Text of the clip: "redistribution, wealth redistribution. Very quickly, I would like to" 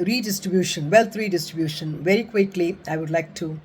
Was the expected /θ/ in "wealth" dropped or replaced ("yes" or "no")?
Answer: yes